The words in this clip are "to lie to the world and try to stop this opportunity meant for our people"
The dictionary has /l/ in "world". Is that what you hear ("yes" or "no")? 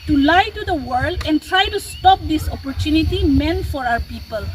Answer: yes